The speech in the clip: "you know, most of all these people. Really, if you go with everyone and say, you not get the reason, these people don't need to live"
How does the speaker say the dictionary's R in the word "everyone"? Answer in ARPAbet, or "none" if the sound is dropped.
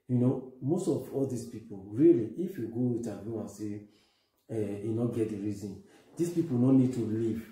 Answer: none